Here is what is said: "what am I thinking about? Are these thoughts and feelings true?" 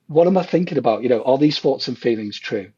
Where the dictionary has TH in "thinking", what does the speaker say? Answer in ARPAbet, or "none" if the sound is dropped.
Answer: TH